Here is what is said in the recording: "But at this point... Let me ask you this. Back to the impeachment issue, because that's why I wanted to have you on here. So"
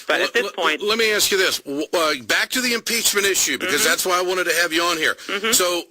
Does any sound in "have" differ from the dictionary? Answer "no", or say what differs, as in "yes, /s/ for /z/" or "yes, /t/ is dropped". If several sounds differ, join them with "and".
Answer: no